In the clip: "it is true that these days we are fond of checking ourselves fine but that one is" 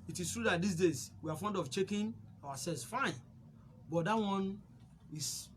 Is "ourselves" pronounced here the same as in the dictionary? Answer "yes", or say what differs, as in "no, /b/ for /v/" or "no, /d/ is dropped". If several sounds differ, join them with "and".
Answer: no, /w/ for /ɹ/